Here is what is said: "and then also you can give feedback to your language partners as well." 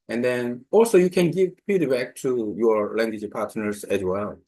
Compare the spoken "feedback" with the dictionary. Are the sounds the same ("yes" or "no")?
no